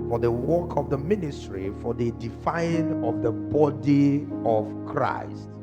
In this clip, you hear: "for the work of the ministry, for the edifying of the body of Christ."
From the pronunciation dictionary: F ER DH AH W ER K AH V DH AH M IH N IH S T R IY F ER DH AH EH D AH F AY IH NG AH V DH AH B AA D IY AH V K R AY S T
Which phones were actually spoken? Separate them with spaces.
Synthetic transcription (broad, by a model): F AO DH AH W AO K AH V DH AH M IH N IH S T R IY F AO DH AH D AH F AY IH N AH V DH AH B AA D IY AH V K R AY S T